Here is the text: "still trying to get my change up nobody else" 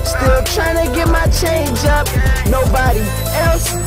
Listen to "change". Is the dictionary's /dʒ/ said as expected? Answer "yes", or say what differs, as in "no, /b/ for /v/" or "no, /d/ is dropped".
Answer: yes